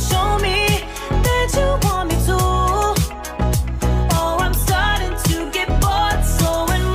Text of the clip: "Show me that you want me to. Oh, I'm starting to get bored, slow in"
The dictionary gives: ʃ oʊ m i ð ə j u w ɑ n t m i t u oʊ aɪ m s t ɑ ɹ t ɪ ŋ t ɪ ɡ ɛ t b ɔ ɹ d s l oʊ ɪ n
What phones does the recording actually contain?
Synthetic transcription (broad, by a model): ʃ oʊ m i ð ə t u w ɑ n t m i t u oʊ aɪ m s t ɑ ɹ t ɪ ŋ t ɪ ɡ ɛ t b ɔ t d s oʊ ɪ n